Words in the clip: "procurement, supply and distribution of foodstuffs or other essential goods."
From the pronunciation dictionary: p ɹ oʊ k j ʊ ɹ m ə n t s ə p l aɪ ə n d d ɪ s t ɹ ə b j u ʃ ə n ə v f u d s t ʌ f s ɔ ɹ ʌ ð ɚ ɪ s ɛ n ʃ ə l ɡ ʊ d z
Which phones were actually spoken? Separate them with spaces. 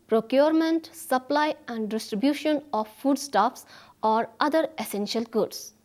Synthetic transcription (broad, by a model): p ɹ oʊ k j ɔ ɹ m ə n t s ə p l aɪ ə n d d ɪ s t ɹ ə b j u ʃ ə n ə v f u d s t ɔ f s ɔ ɹ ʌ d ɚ ɪ s ɛ n ʃ ə l ɡ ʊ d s